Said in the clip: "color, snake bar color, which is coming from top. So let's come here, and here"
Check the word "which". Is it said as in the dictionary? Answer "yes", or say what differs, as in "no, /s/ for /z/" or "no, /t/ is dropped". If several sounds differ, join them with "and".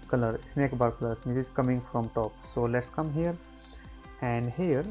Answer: no, /s/ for /tʃ/